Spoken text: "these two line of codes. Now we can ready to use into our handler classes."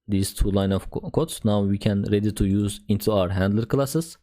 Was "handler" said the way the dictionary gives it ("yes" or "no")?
yes